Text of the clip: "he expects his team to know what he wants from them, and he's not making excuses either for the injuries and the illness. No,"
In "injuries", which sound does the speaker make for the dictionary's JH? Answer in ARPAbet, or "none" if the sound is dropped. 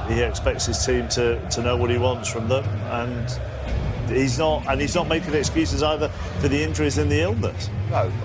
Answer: CH